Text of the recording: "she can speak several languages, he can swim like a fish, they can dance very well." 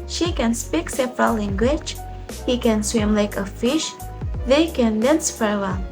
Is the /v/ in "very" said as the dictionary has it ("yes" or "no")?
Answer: no